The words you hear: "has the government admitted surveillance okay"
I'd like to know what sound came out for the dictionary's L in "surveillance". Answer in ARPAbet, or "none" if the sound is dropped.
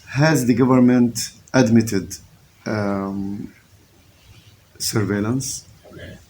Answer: L